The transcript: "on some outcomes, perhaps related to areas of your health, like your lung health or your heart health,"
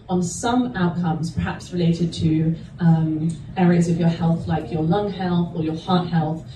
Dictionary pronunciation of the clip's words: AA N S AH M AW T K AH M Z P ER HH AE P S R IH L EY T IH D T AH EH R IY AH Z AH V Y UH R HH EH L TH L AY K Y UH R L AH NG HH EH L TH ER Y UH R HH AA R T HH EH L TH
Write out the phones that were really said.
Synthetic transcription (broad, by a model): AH N S AH M AW T K AH M Z P ER HH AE P S R IH L EY T IH D T AH EH R IY AH Z AH V Y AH HH EH L TH L AY K Y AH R L AH NG HH EH L TH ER Y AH HH AA T HH EH L TH